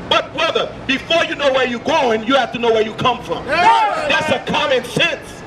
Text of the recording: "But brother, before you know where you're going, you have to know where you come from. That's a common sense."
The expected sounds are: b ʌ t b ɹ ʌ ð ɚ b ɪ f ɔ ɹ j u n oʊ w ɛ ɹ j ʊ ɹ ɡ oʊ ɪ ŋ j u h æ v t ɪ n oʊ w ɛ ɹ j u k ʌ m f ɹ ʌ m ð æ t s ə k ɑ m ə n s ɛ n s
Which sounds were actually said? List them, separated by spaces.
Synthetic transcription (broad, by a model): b ʌ t b ɹ ʌ ð ɚ b ɪ f ɔ ɹ j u n oʊ w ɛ ɹ j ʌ ɹ ɡ oʊ ɪ ŋ j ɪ h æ f t ɪ n oʊ w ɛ ɹ j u k ʌ m f ɹ ʌ m ð æ t s ə k ɑ m ə n s ɛ n s